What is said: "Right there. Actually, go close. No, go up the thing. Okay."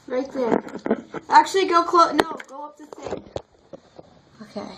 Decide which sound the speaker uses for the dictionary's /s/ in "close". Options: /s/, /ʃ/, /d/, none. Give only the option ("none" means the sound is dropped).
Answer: none